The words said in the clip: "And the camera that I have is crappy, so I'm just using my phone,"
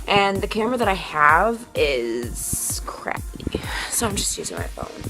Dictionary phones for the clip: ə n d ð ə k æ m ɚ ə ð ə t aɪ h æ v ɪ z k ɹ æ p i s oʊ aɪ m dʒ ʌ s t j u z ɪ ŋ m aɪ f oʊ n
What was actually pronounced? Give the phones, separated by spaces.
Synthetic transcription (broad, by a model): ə n ð ə k æ m ɚ ə ð ə t aɪ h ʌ v ɪ z k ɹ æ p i s oʊ aɪ m dʒ ʌ s t j u z ɪ ŋ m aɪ f oʊ n